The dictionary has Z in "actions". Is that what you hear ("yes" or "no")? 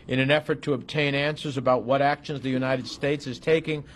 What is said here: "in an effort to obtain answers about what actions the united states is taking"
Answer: yes